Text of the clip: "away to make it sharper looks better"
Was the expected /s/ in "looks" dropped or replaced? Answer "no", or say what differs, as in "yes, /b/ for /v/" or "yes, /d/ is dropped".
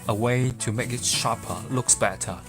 no